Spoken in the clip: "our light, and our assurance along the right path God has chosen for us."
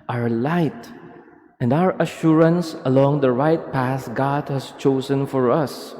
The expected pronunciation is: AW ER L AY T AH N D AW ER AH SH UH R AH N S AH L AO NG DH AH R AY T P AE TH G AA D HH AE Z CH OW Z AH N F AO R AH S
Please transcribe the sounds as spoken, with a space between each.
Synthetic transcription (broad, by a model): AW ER L AY T AH N D AW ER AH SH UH R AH N S AH L AO NG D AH R AY T P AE S G AA D HH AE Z CH OW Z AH N F AO R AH S